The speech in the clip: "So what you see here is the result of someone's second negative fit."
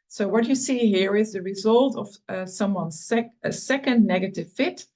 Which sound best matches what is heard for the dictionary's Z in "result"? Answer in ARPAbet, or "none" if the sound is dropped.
Z